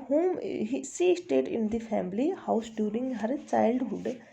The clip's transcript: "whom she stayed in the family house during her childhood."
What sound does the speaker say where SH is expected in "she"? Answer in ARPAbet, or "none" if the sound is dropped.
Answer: S